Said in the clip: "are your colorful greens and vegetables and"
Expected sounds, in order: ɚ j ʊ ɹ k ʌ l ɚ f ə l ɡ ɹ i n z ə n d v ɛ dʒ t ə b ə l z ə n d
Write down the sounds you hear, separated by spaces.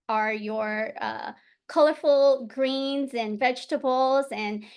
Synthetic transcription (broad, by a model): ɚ j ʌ ɹ k ʌ l ɚ f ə l ɡ ɹ i n z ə n v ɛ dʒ t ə b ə l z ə n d